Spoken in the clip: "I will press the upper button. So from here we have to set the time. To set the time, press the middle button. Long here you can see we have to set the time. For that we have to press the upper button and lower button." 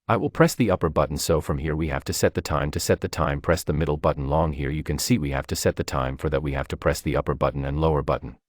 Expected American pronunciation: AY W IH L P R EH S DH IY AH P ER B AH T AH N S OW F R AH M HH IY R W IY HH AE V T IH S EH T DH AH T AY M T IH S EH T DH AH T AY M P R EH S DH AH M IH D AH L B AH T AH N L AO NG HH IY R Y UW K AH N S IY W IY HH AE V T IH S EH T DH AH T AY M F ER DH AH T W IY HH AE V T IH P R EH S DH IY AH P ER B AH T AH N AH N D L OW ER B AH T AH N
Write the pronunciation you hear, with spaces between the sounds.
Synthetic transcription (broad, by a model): AY W IH L P R EH S DH IY AH P ER B AH T N S OW F R AH M HH IY R W IY HH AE F T IH S EH T DH AH T AY M T IH S EH T DH AH T AY M P R EH S DH AH M IH D L B AH T N L AO NG HH IY R Y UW K AH N S IY W IY HH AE F T IH S EH T DH AH T AY M F ER DH AH T W IY HH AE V T IH P R EH S DH IY AH P ER B AH T N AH N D L OW ER B AH T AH N